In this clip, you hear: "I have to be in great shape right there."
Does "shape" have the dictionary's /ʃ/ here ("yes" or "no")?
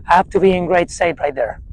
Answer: no